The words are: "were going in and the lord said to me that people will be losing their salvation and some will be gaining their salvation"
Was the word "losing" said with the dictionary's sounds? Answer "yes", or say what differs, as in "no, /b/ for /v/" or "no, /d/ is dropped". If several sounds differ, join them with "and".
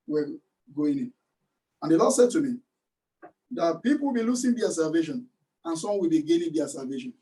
no, /s/ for /z/